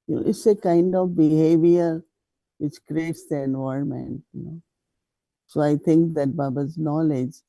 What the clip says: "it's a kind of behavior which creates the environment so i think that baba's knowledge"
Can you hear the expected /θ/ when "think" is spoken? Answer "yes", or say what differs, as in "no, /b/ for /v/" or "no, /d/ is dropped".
no, /t/ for /θ/